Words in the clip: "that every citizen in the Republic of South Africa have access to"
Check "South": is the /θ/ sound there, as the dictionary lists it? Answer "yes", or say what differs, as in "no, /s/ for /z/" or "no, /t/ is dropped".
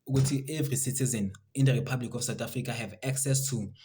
no, /t/ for /θ/